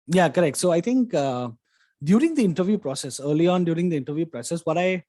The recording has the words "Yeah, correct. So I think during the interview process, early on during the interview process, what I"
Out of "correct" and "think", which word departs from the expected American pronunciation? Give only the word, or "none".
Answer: think